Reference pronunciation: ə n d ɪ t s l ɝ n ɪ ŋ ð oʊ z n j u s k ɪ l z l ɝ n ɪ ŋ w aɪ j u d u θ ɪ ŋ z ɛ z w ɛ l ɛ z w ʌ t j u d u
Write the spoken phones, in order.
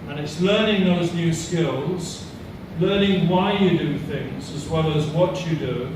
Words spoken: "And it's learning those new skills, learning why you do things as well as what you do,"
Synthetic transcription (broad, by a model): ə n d ɪ t s l ɝ n ɪ ŋ ð oʊ z n j u s k ɪ l z l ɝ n ɪ ŋ w aɪ j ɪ d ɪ θ ɪ ŋ z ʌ z w ɛ l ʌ z w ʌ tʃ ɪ d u